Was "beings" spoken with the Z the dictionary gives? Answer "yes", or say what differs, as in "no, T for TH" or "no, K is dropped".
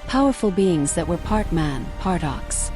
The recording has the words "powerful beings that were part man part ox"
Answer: yes